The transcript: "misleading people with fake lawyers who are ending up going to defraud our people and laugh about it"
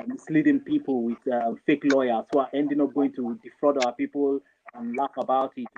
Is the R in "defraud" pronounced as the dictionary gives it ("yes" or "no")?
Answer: yes